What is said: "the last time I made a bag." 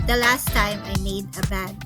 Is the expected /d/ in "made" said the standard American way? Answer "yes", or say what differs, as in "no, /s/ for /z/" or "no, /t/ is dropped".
yes